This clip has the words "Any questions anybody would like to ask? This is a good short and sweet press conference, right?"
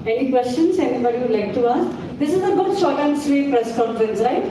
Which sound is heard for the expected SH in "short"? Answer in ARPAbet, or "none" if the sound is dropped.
S